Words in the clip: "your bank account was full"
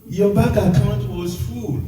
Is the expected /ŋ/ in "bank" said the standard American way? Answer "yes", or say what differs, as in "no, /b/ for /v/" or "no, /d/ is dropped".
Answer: no, /ŋ/ is dropped